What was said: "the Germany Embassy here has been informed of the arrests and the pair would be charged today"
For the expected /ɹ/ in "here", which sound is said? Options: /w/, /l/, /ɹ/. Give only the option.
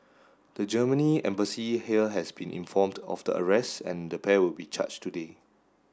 /l/